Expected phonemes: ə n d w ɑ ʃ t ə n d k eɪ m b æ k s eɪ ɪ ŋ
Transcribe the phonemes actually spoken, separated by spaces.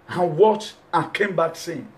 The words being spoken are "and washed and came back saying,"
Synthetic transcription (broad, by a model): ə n w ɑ t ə k eɪ m b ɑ k s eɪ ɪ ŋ